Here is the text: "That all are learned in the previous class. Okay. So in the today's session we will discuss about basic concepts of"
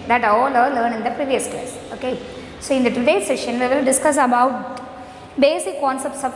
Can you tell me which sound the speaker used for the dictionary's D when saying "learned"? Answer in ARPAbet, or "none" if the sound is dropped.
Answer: none